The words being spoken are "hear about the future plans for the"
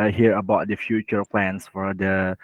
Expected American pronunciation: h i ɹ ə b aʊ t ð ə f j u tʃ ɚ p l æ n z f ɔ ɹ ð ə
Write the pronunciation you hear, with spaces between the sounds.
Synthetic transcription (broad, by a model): h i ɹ ə b aʊ t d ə f j u tʃ ɚ p l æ n s f ɔ ɹ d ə